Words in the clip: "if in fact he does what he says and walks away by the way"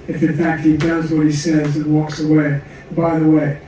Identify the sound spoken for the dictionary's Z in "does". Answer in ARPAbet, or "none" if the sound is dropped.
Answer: Z